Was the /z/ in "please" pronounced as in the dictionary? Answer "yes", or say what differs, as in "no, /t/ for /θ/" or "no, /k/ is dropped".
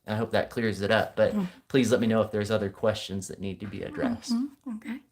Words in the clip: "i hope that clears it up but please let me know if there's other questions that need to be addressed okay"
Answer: yes